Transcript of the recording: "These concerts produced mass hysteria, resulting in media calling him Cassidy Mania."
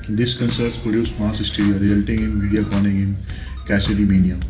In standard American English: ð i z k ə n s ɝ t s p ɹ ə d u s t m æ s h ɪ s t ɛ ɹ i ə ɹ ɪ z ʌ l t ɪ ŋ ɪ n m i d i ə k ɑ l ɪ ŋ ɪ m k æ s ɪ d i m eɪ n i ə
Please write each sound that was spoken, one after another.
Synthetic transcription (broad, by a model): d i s k ə n s ɝ t s p ɹ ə d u s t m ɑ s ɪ s t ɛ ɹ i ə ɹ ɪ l t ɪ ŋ ɪ n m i d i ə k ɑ n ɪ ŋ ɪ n k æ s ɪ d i m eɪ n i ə